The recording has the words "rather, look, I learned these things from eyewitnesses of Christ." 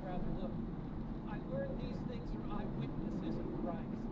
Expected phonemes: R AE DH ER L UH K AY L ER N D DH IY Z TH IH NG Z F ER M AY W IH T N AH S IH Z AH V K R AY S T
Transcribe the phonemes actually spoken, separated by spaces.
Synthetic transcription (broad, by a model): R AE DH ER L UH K AY W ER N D DH IY Z TH IH NG Z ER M AY W IH T N AH S IH Z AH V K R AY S